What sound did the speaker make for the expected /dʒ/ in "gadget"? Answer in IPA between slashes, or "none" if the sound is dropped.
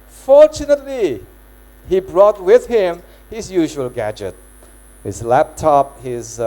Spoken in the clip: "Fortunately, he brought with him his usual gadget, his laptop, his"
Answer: /dʒ/